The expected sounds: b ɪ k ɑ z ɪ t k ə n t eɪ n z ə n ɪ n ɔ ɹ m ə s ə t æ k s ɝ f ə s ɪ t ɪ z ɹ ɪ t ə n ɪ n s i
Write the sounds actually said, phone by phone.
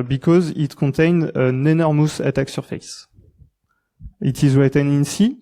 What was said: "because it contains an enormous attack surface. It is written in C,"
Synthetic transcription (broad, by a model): b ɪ k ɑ z ɪ t k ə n t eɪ n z ə n ɪ n ɔ ɹ m ə s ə t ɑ k s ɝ f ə s ɪ t ɪ z w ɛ t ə n ɪ n s i